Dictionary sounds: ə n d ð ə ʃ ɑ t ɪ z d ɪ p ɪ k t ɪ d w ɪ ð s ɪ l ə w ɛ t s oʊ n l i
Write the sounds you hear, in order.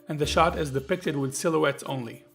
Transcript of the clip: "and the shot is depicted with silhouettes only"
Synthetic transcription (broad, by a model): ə n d ð ə ʃ ɑ t ɪ z d ɪ p ɪ k t ɪ d w ɪ ð s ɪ l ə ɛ t s oʊ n l i